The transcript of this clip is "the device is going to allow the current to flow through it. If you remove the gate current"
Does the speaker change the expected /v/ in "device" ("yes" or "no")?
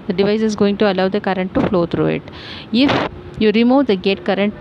no